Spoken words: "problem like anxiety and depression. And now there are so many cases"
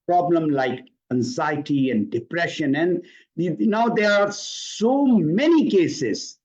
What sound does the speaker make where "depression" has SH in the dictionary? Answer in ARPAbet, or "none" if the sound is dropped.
SH